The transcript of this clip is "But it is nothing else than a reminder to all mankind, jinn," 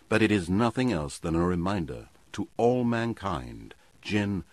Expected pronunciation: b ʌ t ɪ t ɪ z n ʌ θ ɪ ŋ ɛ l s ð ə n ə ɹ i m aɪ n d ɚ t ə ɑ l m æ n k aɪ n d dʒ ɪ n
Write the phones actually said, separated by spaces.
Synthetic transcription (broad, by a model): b ʌ t ɪ t ɪ z n ʌ θ ɪ ŋ ɛ l s ð ə n ə ɹ i m aɪ n d ɚ t ə ɑ l m æ n k aɪ n d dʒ ɪ n